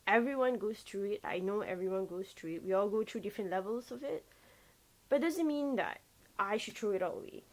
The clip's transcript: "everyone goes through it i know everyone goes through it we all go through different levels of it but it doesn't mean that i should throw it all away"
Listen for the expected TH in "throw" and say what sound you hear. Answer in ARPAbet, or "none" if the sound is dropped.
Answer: T